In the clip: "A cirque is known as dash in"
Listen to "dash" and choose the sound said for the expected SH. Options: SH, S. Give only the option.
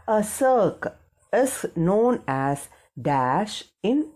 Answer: SH